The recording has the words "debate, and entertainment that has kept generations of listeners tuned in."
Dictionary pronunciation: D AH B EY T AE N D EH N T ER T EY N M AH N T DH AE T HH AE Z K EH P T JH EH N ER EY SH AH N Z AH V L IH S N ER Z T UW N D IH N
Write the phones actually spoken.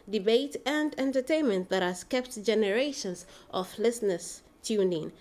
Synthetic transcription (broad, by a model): D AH B EY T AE N D EH N T ER T EY N M AH N T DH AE T HH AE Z K EH P T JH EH N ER EY SH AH N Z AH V L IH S N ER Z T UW N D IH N